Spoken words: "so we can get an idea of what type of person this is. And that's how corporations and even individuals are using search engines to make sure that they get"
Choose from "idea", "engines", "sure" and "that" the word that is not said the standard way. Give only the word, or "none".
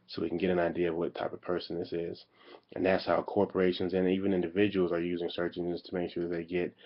engines